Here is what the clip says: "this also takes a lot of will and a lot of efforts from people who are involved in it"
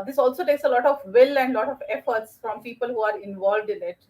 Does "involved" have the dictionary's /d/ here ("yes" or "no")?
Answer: yes